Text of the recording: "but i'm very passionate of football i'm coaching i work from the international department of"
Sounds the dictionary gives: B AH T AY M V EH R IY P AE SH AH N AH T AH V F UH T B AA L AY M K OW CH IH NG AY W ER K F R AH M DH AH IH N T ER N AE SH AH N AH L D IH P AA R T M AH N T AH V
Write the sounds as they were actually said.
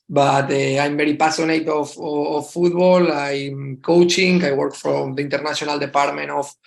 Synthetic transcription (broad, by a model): B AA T AY M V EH R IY P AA S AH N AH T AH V F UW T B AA L AY M K OW CH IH NG AY W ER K F R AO M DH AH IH N T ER N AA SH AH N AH L D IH P AA R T M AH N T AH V